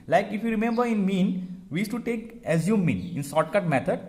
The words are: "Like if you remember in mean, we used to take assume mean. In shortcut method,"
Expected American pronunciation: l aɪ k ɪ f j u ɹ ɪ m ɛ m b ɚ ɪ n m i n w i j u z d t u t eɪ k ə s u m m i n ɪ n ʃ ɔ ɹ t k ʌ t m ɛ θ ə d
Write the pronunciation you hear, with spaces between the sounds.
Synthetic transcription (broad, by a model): l aɪ k ɪ f j u ɹ ɪ m ɛ m b ɚ ɪ n m i n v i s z t u t eɪ k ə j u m m i n ɪ n s ɔ t k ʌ t m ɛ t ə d